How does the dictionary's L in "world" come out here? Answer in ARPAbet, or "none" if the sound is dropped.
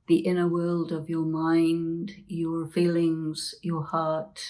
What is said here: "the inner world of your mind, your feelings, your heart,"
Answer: L